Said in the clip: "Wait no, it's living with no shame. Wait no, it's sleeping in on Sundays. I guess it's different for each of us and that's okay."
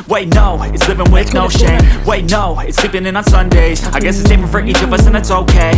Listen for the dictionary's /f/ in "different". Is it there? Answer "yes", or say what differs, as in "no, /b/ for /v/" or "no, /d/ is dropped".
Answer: no, /p/ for /f/